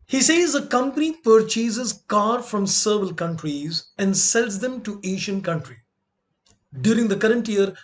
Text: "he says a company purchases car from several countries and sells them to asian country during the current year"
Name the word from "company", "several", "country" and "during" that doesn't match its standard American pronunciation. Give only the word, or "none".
several